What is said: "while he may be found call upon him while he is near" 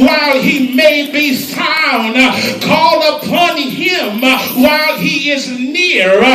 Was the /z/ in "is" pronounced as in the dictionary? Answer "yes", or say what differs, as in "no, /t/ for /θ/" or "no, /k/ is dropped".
yes